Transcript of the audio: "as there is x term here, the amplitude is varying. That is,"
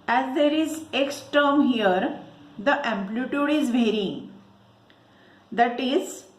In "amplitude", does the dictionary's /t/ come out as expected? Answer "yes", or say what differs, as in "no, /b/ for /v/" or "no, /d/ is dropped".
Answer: yes